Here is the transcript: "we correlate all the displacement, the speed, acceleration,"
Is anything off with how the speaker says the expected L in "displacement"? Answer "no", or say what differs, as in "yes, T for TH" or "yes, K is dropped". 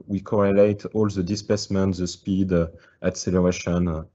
yes, L is dropped